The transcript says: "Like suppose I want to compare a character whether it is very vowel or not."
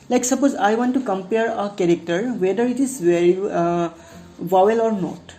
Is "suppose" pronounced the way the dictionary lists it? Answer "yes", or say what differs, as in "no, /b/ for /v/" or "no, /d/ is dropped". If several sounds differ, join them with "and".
yes